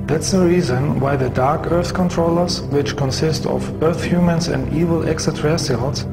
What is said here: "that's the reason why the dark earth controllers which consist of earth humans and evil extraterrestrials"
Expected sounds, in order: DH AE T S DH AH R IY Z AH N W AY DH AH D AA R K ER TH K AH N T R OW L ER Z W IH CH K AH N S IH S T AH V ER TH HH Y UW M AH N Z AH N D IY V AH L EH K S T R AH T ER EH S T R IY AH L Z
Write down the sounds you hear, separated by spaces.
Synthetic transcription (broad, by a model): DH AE T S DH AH R IY Z AH N W AY DH AH D AA R K ER TH K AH N T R OW L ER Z W IH CH K AH N S IH S T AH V ER TH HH Y UW M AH N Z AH N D IY V AH L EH K S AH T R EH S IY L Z